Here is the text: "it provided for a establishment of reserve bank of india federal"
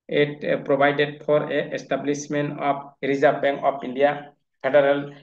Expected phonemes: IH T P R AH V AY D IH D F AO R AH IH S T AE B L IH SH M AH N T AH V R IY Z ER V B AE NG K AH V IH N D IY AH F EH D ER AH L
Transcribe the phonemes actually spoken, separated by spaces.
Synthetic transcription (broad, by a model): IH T P R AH B AY D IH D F AO R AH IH S T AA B L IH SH M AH N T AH P R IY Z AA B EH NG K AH P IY N D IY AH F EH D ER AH L